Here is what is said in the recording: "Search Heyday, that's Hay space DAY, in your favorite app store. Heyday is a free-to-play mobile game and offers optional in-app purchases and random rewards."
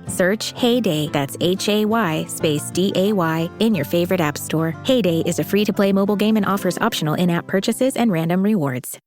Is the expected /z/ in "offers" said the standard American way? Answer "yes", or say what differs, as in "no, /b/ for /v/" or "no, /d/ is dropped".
yes